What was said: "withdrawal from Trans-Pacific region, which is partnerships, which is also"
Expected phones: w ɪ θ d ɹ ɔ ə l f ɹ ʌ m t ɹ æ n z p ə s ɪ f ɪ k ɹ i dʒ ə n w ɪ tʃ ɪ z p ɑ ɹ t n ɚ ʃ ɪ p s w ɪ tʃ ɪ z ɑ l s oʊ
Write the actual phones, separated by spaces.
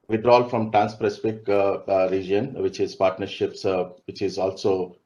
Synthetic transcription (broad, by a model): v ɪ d ɹ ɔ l f ɹ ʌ m t ɹ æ n s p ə s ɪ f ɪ k ɹ i dʒ ə n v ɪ tʃ ɪ z p ɑ ɹ t n ɚ ʃ ɪ p s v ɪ tʃ ɪ z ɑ l s oʊ